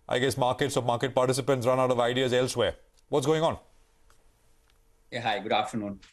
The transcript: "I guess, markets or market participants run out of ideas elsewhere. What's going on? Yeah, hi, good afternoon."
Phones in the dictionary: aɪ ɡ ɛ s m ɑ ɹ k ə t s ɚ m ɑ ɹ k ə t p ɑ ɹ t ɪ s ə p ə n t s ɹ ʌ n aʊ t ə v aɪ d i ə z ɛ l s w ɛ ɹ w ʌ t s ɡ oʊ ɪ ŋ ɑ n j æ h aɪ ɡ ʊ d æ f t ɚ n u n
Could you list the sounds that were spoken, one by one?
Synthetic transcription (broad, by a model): aɪ ɡ ɛ s m ɑ ɹ k ə t s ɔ m ɑ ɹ k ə t p ɑ ɹ t ɪ s ə p ə n t s ɹ ʌ n aʊ t ə v aɪ d i ə z ɛ l s w ɛ ɹ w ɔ t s ɡ oʊ ɪ ŋ ɑ n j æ h aɪ ɡ ʊ d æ f t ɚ n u n